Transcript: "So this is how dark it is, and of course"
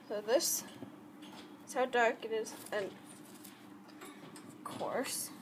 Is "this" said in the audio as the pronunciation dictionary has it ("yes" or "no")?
yes